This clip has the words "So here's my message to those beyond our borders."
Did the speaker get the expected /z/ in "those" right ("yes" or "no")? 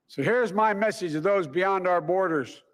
yes